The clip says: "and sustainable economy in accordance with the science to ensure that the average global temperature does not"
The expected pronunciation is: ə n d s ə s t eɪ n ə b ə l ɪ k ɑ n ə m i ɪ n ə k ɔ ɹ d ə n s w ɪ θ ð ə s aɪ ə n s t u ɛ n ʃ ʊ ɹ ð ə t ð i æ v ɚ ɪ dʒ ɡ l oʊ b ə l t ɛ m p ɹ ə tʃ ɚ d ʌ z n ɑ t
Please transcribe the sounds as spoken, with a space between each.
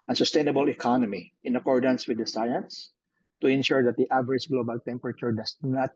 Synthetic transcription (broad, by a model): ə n s ə s t eɪ n ə b ə l ɪ k ɑ n ə m i ɪ n ə k ɔ ɹ d ə n s w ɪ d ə s aɪ ə n s t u ɛ n ʃ ʊ ɹ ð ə t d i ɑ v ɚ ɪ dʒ ɡ l oʊ b ə l t ɛ m p ɹ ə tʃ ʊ d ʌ s n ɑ t